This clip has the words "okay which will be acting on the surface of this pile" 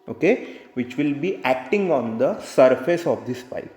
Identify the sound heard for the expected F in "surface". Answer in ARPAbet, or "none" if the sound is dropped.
F